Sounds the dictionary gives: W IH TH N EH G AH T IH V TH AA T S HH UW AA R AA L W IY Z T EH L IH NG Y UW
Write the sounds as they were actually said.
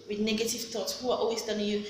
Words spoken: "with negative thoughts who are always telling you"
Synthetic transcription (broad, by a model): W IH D N EH G AH T IH V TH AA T S HH UW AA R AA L W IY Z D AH N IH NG Y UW